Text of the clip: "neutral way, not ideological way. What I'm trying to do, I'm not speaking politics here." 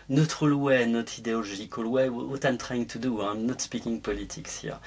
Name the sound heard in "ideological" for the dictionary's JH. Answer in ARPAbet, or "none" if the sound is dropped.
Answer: ZH